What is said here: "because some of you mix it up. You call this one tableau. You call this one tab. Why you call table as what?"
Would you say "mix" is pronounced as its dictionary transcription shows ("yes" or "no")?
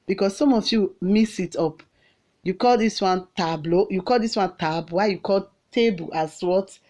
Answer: no